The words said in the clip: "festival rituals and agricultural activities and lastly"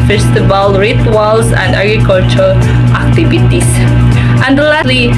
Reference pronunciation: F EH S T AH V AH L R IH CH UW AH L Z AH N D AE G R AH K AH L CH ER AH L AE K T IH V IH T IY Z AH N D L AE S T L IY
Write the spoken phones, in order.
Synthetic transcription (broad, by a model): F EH S T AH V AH L R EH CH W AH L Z AH N D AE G R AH K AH L CH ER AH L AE K T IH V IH T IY S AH N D L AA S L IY